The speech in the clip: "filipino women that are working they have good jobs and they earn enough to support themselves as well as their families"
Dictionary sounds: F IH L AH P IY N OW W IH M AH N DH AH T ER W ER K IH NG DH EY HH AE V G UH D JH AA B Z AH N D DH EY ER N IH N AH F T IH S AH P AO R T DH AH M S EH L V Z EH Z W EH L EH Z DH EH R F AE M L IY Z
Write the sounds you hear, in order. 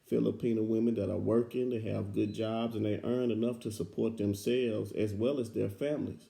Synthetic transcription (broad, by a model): F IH L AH P IY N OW W IH M AH N DH AH T ER W ER K IH NG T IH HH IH V G UH D JH AA B Z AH N DH EY ER N IH N AH F T IH S AH P AO R T DH AH M S EH L V Z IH Z W EH L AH Z DH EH R F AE M L IY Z